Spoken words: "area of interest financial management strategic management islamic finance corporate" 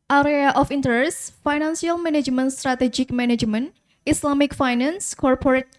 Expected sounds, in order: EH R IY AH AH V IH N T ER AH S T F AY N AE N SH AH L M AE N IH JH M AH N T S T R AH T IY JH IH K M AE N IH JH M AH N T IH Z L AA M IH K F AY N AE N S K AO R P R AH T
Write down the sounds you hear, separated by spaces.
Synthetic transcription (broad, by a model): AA R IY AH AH F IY N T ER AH S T F AY N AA N S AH L M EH N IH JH M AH N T S T R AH T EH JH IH K M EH N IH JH M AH N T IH S L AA M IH K F AY N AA N S K AO R P R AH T